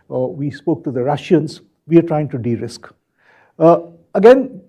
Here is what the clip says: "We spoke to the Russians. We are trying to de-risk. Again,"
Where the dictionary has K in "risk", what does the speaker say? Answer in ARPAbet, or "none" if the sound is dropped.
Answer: K